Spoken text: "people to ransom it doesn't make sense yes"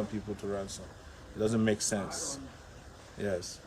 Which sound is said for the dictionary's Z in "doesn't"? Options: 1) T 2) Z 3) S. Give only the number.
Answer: 2